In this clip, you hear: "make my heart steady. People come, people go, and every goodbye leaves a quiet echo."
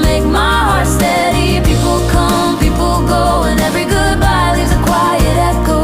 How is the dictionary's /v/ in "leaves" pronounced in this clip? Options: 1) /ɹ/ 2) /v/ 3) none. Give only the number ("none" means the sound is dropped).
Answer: 3